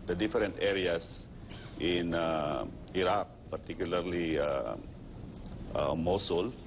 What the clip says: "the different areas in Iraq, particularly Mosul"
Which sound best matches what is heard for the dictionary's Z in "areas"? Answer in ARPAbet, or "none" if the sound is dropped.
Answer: S